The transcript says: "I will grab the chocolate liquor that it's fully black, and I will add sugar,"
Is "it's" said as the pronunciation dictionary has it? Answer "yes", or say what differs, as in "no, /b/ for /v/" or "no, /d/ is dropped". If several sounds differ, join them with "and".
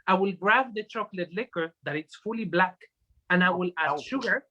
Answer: yes